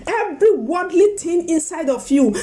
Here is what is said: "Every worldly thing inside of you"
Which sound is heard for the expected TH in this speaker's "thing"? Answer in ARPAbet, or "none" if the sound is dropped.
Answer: T